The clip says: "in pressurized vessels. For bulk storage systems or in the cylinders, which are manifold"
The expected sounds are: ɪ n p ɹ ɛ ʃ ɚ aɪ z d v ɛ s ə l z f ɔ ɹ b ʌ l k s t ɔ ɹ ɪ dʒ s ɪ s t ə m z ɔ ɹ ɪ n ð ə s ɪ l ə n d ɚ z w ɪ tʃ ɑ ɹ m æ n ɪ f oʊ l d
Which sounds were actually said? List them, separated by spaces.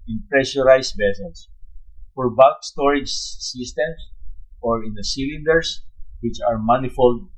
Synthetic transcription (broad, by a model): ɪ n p ɹ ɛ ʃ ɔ aɪ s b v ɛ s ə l s f ɔ ɹ b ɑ k s t ɔ ɹ ɪ dʒ s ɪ s t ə m s ɔ ɹ ɪ n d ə s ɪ l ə n d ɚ s w ɪ tʃ ɑ ɹ m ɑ n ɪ f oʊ l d